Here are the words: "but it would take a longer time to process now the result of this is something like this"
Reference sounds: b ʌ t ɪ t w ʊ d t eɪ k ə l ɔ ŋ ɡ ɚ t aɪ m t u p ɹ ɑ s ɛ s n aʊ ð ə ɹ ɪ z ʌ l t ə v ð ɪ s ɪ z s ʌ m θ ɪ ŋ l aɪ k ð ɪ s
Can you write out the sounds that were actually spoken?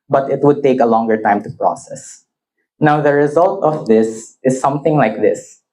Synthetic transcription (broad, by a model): b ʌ t ɪ t w ʊ d t eɪ k ə l ɔ ŋ ɡ ɚ t aɪ m t u p ɹ ɑ s ɛ s n aʊ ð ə ɹ ɪ z ʌ l t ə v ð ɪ s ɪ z s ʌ m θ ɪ ŋ l aɪ k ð ɪ s